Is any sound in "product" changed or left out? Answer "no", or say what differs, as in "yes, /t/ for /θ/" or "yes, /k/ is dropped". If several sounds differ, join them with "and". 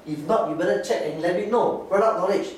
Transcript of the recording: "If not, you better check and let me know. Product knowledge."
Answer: yes, /k/ is dropped